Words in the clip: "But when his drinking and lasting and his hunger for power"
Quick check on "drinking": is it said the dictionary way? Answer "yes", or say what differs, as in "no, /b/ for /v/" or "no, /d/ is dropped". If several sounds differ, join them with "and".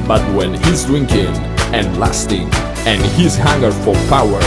no, /ɹ/ is dropped